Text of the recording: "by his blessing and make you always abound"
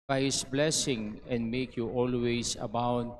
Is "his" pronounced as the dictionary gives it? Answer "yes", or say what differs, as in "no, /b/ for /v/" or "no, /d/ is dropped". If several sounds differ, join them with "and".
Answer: no, /s/ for /z/